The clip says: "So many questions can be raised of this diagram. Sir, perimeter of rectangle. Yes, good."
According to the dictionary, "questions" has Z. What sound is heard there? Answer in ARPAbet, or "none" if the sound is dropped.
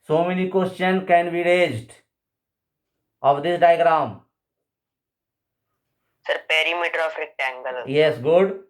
none